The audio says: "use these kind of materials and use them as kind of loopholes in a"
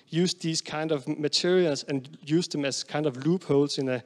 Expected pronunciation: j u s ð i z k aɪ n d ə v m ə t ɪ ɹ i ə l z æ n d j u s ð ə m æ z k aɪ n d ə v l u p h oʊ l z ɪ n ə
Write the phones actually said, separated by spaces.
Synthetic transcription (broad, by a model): j u s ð i s k aɪ n d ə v m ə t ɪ ɹ i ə l s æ n j u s ð ə m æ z k aɪ n d ə v l u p h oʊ l s ɪ n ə